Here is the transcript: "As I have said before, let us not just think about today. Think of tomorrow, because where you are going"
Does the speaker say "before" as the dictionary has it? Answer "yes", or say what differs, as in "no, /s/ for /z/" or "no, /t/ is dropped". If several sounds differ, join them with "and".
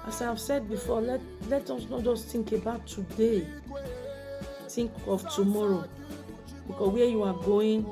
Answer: no, /l/ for /ɹ/